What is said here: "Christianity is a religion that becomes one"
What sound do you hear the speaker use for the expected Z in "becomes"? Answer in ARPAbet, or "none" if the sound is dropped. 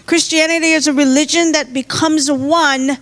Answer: Z